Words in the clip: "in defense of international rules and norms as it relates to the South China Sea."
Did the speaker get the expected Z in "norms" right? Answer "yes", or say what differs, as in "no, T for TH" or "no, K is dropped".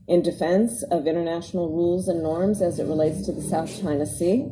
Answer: yes